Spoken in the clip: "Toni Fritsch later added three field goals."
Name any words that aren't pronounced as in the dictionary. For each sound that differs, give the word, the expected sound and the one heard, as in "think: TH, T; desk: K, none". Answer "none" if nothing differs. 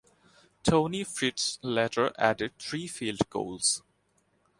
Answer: fritsch: CH, S; three: TH, T